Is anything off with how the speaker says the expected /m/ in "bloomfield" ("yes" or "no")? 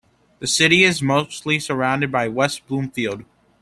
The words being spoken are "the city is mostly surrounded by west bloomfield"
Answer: no